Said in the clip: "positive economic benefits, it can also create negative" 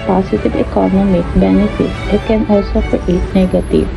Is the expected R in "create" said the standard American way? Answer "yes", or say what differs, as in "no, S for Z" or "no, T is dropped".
no, R is dropped